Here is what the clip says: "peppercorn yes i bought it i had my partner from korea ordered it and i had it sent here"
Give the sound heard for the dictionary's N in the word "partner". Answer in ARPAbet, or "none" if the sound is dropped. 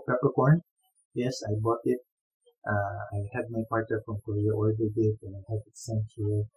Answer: none